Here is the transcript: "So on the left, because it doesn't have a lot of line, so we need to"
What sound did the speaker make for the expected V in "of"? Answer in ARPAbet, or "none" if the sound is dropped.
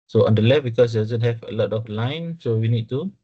F